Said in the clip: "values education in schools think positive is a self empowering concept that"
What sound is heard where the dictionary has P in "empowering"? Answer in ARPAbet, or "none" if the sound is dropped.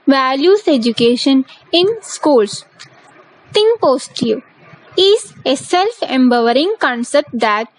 B